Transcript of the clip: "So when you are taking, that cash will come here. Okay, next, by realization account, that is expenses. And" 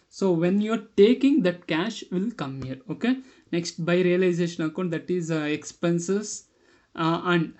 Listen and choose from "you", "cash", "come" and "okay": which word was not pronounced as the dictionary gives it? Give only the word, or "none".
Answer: none